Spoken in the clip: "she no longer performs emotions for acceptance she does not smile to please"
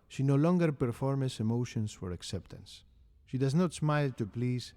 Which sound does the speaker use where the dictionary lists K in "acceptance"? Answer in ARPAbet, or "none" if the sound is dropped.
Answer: K